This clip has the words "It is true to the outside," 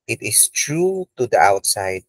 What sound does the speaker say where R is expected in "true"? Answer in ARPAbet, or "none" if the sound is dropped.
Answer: R